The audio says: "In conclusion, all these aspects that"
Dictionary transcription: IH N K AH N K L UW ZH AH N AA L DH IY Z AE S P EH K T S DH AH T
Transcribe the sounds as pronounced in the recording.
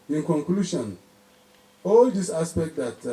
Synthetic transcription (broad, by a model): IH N K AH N K L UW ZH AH N AA L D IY S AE S P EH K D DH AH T